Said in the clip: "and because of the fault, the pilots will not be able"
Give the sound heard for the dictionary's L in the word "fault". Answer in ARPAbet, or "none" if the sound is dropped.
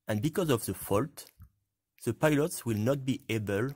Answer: L